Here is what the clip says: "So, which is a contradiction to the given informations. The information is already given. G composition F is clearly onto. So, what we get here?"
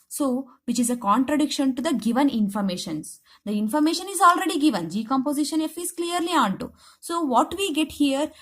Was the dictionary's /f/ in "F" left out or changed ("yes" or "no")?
no